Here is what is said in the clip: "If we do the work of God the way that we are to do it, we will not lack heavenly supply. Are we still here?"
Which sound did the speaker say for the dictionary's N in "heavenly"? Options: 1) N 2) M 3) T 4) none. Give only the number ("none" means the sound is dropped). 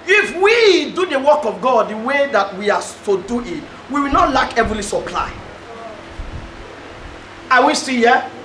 4